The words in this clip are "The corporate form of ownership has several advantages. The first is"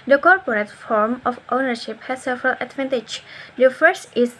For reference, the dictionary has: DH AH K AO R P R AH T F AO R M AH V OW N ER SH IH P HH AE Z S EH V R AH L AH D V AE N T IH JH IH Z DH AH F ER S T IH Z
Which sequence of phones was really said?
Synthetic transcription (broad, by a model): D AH K AO R P R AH T F AO R M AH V OW N ER SH IH P HH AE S S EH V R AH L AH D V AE N T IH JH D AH F ER S T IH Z